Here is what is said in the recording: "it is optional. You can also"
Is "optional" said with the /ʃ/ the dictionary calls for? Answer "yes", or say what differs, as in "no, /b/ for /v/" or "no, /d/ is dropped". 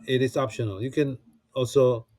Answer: yes